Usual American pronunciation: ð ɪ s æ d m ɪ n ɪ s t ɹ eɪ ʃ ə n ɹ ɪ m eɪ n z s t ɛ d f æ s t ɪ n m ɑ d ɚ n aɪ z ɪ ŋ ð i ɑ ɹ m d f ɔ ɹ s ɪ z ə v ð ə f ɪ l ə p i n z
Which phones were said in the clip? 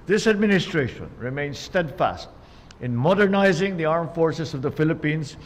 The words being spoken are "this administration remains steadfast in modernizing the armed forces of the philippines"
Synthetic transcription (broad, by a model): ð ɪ s æ d m ɪ n ɪ s t ɹ eɪ ʃ ə n ɹ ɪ m eɪ n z s t ɛ d f æ s t ɪ n m ɑ d ɚ n aɪ z ɪ ŋ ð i ɑ ɹ m f ɔ ɹ s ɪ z ə v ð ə f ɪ l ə p i n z